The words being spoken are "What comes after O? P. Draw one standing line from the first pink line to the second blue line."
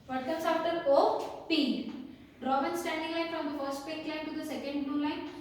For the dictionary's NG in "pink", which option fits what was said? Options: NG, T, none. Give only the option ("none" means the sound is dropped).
none